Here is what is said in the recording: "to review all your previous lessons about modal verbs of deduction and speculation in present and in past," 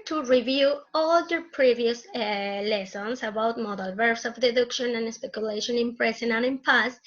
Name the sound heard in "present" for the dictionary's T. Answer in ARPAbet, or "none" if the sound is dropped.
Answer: none